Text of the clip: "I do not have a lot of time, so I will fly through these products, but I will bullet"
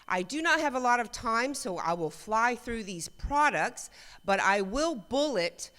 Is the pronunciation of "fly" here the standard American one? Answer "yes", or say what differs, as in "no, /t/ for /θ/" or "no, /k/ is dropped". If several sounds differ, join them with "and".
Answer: yes